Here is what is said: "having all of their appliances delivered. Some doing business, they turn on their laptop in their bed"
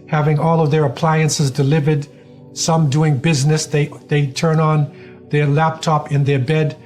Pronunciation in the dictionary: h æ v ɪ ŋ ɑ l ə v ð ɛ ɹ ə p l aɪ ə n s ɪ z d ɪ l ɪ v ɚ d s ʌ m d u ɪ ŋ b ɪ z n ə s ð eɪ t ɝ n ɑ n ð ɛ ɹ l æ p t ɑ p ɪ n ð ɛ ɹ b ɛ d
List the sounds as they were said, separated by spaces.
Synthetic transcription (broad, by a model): h æ v ɪ ŋ ɑ l ə v ð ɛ ɹ ə p l aɪ ə n s ɪ z d ɪ l ɪ v ɚ d s ʌ m d u ɪ ŋ b ɪ z n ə s ð eɪ t ɝ n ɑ n ð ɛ ɹ l æ p t ɑ p ɪ n ð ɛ ɹ b ɛ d